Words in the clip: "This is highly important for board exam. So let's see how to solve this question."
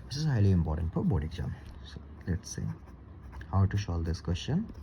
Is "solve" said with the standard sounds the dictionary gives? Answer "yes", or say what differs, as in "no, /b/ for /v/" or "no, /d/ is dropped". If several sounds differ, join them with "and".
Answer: no, /ʃ/ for /s/